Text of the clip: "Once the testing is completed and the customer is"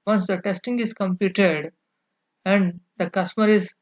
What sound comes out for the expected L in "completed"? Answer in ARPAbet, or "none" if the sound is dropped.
none